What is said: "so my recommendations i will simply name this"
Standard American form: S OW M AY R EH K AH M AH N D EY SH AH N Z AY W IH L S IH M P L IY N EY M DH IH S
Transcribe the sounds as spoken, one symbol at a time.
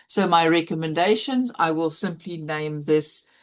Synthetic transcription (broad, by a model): S OW M AY R EH K AH M AH N D EY SH AH N Z AY W IH L S IH M P L IY N EY M DH IH S